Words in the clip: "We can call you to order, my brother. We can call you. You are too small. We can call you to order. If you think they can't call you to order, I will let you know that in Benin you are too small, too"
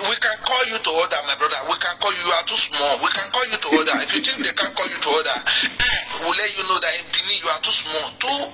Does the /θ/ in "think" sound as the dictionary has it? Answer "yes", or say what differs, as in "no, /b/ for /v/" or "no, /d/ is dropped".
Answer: no, /t/ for /θ/